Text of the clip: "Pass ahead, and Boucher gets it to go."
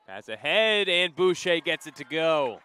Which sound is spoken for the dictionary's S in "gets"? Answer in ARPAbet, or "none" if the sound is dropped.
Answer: S